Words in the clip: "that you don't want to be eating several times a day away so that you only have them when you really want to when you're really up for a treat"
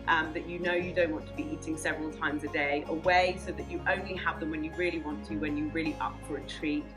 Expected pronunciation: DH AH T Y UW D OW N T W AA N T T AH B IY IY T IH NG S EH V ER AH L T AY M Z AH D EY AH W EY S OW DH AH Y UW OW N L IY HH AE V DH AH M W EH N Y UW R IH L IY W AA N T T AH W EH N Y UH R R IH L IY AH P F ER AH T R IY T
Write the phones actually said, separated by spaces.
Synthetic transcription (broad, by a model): DH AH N Y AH D OW N T W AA N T T AH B IY IY T IH NG S EH V ER AH L T AY M Z AH D EY AH W EY S OW DH AH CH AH OW N L IY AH V DH AH M W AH N Y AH R IH L IY W AA N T T AH W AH N Y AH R R IH L IY AH P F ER AH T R IY